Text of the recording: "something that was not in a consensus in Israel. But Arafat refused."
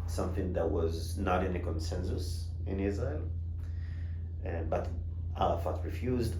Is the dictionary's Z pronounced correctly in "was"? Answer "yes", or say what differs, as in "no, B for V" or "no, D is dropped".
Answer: yes